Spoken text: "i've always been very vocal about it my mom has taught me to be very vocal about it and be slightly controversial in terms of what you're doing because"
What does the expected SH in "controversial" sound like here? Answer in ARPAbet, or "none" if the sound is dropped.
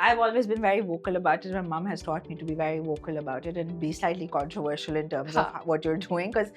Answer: SH